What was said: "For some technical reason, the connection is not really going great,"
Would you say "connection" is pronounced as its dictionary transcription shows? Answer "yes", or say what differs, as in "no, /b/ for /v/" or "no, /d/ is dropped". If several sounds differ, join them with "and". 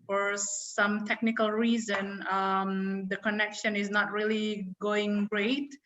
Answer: yes